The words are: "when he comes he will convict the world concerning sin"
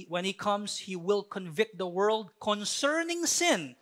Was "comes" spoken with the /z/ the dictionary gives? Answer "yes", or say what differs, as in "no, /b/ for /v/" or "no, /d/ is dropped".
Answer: no, /s/ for /z/